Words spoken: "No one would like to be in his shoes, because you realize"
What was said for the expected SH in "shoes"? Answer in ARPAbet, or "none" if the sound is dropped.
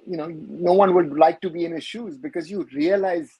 SH